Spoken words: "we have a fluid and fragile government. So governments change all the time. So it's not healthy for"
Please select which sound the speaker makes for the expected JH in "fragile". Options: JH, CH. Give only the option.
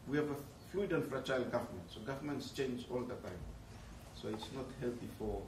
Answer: CH